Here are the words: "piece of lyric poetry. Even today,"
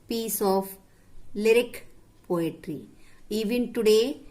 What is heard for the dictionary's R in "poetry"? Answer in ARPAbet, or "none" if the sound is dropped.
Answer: R